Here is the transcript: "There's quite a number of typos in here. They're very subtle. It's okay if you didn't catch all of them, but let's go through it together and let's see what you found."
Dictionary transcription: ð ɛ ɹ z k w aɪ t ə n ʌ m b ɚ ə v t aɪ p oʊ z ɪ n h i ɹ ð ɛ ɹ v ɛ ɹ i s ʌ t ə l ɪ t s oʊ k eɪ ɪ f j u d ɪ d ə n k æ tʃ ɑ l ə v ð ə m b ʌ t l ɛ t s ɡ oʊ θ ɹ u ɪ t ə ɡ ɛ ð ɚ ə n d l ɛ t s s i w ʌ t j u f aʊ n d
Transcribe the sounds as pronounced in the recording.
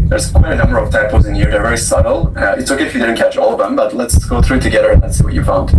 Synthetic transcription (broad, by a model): ð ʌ ɹ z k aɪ ə n ʌ m b ɚ ə v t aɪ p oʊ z ɪ n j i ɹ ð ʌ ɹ v ɛ ɹ i s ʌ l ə ɪ t s oʊ k eɪ ɪ f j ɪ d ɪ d n k æ tʃ ɑ l ə v ð ə m b ʌ t l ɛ t s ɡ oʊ θ ɹ u t ə ɡ ɛ ð ɚ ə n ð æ t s s i w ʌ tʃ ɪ f aʊ n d